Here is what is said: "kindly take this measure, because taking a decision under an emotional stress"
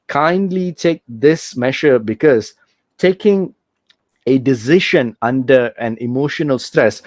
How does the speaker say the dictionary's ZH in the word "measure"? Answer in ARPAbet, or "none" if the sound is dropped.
SH